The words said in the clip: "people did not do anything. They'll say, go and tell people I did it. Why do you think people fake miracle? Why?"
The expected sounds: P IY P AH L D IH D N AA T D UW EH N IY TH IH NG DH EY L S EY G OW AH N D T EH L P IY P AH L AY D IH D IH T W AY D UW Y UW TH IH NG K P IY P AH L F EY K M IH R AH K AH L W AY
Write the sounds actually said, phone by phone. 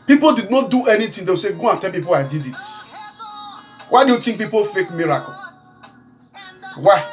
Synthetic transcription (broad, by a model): P IY P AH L D IH D N AA T D UW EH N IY T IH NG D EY W S EY G OW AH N T EH L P IY P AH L AY D IH D IH T W AY D UW Y UW T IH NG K P IY P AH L F EY K M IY R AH K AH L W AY